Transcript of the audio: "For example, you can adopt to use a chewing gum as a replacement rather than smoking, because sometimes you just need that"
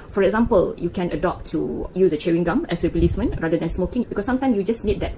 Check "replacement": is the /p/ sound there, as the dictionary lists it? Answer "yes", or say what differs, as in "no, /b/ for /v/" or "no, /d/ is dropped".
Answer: no, /p/ is dropped